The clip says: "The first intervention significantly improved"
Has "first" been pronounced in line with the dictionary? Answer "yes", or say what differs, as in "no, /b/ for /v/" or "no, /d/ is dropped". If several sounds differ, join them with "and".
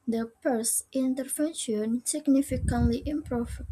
no, /p/ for /f/